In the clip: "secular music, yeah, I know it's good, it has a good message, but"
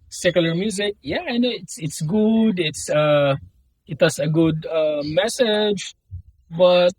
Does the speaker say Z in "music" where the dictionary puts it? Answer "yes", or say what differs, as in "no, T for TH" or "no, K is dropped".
yes